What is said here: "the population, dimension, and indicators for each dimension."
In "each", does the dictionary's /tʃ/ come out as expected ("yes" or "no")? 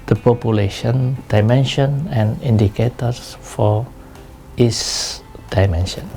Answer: no